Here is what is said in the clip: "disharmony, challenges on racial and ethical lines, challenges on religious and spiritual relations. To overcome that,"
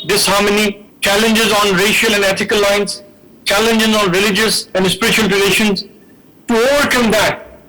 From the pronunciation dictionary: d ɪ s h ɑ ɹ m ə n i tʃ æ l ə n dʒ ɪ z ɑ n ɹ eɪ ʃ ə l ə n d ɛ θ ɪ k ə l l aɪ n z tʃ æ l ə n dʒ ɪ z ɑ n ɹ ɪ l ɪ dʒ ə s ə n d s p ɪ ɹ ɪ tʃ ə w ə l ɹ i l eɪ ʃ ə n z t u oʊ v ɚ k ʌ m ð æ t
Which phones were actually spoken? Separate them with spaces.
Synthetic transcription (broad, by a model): d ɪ s h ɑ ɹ m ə n i tʃ æ l ə n dʒ ɪ z ɑ n ɹ eɪ ʃ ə l ə n d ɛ t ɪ k ə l l aɪ n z tʃ æ l ə n dʒ ɪ z ɑ n ɹ ɪ l ɪ dʒ ə s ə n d s p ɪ ɹ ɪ tʃ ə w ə l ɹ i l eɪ ʃ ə n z t u oʊ v ɚ k ʌ m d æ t